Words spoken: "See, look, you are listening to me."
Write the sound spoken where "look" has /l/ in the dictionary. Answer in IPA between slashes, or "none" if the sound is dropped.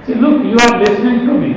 /l/